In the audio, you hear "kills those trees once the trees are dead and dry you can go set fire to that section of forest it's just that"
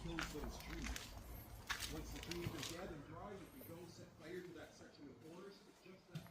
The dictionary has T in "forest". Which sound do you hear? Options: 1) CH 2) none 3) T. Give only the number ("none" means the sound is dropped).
2